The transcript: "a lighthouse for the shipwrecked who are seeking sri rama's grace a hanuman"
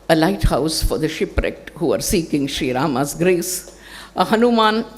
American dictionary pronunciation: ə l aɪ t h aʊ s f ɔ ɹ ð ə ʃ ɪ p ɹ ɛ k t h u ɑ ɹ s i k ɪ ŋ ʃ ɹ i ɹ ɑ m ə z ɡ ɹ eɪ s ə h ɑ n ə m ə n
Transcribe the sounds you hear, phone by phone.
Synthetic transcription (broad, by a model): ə l aɪ t h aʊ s f ɔ ɹ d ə ʃ ɪ p ɹ ɛ k t h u ɑ ɹ s i k ɪ ŋ ʃ ɹ i ɹ ɑ m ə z ɡ ɹ eɪ s ə h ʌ n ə m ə n